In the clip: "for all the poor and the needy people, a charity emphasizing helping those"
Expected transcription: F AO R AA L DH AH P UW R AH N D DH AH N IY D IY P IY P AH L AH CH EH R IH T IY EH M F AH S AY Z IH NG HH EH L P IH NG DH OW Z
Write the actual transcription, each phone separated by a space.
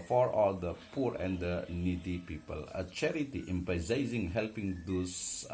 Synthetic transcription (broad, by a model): F AO R AA L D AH P UW R AH N D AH N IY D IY P IY P AH L AH CH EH R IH T IY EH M P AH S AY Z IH NG HH EH L P IH NG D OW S